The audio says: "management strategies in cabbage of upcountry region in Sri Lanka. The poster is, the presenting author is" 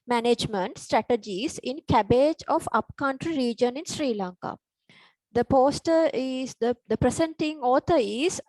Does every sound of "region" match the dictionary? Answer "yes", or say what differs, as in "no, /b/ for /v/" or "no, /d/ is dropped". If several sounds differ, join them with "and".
yes